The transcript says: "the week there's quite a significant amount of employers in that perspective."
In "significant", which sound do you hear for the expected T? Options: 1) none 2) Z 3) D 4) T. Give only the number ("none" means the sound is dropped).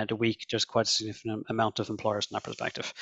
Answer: 1